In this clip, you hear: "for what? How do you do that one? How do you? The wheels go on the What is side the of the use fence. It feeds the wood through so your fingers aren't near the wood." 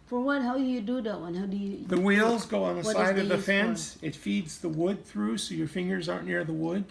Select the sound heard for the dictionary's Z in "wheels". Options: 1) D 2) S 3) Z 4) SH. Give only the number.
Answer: 3